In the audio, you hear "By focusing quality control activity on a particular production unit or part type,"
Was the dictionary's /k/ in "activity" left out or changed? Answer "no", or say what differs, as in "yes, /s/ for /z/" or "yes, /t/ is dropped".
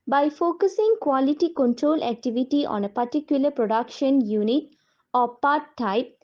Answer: no